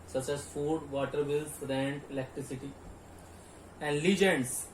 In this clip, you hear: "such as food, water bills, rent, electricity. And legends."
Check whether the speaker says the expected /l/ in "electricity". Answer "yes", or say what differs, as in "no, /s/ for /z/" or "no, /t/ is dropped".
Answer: yes